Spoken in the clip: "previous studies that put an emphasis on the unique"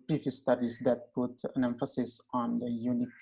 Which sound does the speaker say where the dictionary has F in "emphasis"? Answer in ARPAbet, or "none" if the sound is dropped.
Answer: F